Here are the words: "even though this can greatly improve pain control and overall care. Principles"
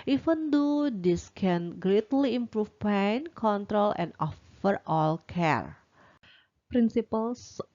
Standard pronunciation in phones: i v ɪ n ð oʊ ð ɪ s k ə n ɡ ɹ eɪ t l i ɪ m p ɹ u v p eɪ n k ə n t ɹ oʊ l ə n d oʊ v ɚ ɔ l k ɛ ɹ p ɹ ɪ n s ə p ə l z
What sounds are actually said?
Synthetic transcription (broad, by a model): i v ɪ n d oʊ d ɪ s k ə n ɡ ɹ eɪ t l i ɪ m p ɹ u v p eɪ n k ə n t ɹ oʊ l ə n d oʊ f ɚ ɔ l k ɛ ɹ p ɹ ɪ n s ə p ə l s